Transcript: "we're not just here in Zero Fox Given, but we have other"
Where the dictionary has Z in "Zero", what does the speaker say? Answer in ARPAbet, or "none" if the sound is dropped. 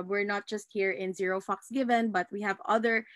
Z